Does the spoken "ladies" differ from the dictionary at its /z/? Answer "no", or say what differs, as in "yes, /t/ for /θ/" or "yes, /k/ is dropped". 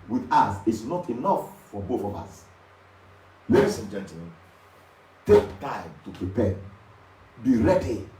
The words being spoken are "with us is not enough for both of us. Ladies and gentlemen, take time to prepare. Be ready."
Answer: yes, /s/ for /z/